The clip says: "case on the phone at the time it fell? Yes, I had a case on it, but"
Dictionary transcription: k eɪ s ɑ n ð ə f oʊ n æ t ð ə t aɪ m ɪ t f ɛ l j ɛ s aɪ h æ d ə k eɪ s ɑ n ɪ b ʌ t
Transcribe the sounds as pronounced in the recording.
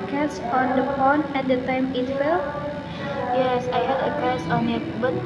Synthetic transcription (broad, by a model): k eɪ s ɑ n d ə p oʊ n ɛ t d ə t aɪ m ɪ t f ɛ l j ɛ s aɪ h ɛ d ə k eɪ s ɑ n ɪ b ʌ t